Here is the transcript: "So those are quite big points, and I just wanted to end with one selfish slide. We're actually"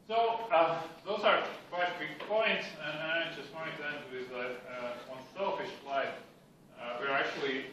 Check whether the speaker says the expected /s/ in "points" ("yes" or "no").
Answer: yes